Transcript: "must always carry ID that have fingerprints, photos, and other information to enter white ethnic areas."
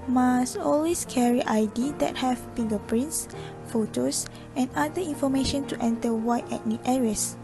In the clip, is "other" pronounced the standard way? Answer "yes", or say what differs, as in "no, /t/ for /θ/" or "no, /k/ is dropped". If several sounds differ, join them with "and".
no, /ð/ is dropped